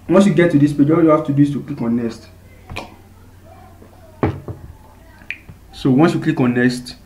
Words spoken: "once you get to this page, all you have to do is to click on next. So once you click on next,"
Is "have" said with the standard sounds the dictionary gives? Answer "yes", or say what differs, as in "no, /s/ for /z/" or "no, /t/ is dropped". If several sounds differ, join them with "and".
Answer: no, /f/ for /v/